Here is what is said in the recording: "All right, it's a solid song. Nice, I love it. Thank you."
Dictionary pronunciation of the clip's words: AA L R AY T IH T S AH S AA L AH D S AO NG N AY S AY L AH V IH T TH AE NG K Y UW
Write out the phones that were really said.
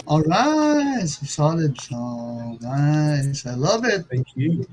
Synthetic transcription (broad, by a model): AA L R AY IH T S S AA L AH D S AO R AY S AY L AH V IH T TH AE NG K Y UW